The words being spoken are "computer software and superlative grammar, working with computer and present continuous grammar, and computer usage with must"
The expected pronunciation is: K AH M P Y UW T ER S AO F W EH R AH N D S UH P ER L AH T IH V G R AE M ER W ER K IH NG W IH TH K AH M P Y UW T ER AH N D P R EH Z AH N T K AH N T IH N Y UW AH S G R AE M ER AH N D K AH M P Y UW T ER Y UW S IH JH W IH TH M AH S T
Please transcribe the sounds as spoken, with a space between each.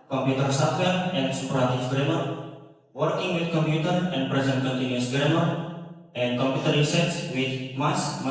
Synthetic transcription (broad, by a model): K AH M P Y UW T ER S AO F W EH L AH N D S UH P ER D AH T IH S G R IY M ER W ER K IH NG W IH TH K AH M P Y UW T ER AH N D P R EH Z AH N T K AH N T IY N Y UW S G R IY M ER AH N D K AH M P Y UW T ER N S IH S W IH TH M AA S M